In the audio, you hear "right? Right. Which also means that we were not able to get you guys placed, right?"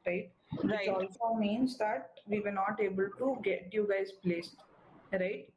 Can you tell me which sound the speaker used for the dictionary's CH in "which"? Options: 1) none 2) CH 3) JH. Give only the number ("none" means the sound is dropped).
1